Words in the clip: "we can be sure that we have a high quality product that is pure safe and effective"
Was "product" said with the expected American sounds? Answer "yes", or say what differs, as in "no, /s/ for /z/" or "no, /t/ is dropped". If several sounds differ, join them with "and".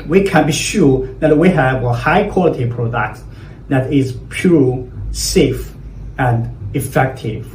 yes